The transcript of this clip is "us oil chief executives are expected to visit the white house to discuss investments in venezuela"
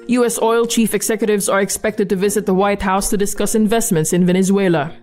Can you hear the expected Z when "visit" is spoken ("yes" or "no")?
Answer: yes